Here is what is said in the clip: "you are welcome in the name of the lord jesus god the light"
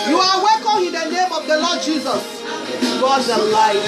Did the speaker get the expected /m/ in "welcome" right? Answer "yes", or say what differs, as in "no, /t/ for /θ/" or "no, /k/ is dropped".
yes